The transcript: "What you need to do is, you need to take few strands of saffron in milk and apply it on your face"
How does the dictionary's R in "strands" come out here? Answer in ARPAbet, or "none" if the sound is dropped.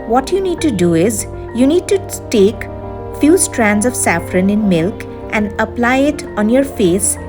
R